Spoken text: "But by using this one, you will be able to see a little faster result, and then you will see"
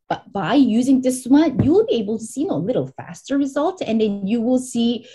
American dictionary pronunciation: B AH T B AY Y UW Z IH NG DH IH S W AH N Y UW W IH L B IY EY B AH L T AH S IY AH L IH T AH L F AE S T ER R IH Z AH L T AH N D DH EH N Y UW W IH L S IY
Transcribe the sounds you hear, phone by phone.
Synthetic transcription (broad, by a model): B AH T B AY Y UW Z IH NG DH IH S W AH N Y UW W IH L B IY EY B L T AH S IY AH L IH T L F AE S T ER R IH Z AH L T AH N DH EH N Y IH W IH L S IY